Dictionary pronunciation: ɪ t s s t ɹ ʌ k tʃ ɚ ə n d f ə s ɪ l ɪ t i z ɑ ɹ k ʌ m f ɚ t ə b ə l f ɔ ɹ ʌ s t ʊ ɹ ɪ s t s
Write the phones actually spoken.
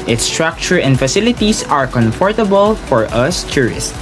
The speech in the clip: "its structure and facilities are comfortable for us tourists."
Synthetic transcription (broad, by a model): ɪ t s s t ɹ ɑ k tʃ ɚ ə n d f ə s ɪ l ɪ t i s ɑ ɹ k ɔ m f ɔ t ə b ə l f ɔ ɹ ʌ s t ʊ ɹ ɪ s t